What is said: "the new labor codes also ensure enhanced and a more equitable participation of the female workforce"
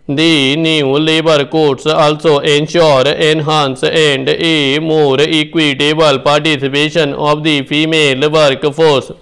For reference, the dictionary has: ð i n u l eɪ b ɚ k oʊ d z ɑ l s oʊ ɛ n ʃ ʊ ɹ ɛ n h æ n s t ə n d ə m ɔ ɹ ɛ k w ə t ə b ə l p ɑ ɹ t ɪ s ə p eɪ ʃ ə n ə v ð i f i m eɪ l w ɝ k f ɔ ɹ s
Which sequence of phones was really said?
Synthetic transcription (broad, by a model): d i n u l eɪ b ɚ k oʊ d s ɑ l s oʊ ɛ n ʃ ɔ ɹ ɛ n h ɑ n s ə n d ə m ɔ ɹ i k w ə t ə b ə l p ɑ ɹ t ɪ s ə p eɪ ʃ ə n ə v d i p i m eɪ l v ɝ k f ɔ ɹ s